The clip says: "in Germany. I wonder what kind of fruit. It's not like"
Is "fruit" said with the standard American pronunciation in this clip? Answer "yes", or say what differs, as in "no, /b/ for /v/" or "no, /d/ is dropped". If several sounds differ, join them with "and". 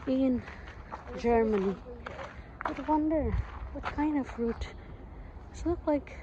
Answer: yes